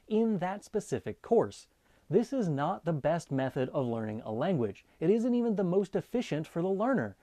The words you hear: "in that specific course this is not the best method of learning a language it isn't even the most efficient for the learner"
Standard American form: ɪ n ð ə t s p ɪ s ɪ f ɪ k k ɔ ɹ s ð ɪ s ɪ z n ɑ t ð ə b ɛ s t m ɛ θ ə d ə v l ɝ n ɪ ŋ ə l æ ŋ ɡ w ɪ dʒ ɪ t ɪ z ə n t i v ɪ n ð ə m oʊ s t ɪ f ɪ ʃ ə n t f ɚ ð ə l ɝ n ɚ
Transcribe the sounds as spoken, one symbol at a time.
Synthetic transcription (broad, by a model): ɪ n ð ə t s p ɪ s ɪ f ɪ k k ɔ ɹ s ð ɪ s ɪ z n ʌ t ð ə b ɛ s t m ɛ θ ə d ə v l ɝ n ɪ ŋ ə l æ ŋ ɡ w ɪ dʒ ɪ t ɪ z ə n t i v ɪ n ð ə m oʊ s t ɪ f ɪ ʃ ə n t f ɚ ð ə l ɝ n ɚ